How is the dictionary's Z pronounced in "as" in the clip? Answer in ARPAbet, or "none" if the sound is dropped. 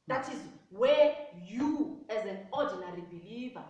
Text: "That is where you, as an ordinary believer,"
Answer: Z